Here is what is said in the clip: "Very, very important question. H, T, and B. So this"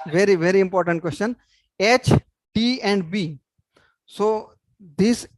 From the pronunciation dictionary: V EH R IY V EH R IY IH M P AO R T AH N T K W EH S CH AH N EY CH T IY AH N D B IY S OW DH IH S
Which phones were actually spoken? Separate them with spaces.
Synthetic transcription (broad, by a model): V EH R IY V EH R IY IH M P AO R T AH N T K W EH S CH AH N EY CH T IY AH N D B IY S OW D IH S